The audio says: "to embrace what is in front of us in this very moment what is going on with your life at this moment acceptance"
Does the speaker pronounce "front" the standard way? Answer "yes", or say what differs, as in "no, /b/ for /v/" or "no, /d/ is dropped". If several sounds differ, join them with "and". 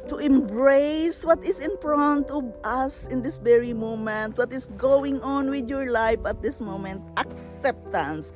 no, /p/ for /f/